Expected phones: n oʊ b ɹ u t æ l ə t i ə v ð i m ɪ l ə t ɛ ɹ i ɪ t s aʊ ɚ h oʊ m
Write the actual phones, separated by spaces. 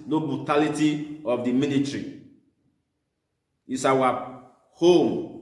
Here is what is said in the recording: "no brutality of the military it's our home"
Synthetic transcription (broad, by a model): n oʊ b ɹ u t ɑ l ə t i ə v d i m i n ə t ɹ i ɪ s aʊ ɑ h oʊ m